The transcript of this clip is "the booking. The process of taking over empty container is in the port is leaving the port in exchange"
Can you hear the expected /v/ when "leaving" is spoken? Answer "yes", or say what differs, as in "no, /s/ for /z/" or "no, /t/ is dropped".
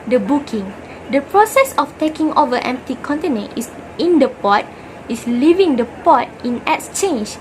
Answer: yes